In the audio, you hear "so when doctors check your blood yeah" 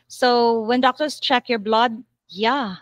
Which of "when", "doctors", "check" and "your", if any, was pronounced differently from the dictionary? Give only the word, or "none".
doctors